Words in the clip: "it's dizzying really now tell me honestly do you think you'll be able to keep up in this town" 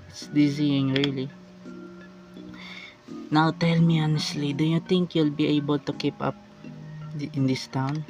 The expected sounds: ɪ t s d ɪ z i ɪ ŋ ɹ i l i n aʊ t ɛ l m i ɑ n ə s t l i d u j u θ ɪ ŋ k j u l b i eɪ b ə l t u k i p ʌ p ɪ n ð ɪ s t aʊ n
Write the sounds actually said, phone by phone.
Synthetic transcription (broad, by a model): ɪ t s d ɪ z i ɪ ŋ ɹ i l i n aʊ t ɛ l m i ɑ n ə s t l i d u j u t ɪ ŋ k j u l b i eɪ b ə l t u k i p ʌ p ɪ n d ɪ s t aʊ n